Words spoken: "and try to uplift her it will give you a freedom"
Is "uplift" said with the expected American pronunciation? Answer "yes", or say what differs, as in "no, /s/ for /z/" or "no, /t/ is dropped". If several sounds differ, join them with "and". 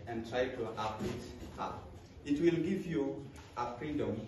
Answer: no, /f/ is dropped